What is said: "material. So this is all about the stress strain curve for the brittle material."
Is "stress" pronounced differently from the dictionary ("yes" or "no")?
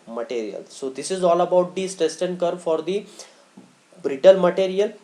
yes